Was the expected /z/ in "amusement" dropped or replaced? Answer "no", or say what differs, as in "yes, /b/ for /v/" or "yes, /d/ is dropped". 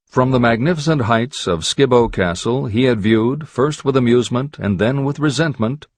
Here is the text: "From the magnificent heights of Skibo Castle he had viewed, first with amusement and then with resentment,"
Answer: no